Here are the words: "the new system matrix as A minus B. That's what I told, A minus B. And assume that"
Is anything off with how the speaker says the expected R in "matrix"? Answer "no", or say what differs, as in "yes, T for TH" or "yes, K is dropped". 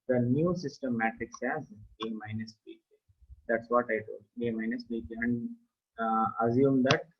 yes, R is dropped